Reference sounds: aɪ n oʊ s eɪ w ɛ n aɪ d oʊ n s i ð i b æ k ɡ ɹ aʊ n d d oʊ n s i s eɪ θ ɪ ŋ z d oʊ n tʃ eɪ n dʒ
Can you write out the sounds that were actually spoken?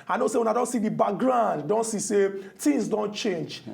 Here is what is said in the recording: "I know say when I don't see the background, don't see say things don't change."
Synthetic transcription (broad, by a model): aɪ n oʊ s eɪ w ɛ n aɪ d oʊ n s i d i b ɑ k ɡ ɹ aʊ n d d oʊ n s i s eɪ t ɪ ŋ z d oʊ n tʃ eɪ n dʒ